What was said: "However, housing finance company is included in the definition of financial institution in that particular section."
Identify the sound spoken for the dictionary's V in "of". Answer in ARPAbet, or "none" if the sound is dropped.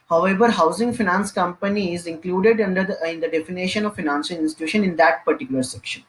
V